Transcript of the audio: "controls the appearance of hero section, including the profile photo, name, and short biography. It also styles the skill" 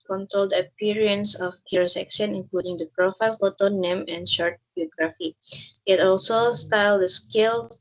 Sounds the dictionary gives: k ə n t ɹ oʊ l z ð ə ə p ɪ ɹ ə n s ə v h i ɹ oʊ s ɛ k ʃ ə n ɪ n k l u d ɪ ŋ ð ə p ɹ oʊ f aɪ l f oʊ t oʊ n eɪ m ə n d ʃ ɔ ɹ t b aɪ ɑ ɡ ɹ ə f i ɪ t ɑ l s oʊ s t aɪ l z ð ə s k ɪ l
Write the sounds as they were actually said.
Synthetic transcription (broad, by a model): k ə n t ɹ oʊ l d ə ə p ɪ ɹ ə n s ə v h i ɹ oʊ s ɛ k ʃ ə n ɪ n k l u d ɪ ŋ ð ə p ɹ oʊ f aɪ l f oʊ t oʊ n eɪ m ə n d ʃ ɔ ɹ t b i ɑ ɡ ɹ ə f i ɪ t ɑ l s oʊ s t aɪ l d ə s k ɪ l